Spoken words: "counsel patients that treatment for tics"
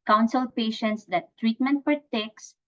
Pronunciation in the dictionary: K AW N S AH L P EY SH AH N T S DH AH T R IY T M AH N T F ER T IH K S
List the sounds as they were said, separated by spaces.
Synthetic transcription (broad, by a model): K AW N S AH L P EY SH AH N T S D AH T R IY T M AH N T P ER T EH K S